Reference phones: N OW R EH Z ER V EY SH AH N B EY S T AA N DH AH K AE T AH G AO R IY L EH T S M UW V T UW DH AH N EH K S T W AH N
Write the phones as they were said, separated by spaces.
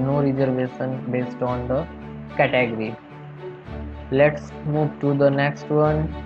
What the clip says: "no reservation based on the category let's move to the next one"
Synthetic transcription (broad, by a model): N OW R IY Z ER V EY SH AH N B EY S T AA N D AH K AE T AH G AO R IY L EH T S M UW V T UW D AH N EH K S T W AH N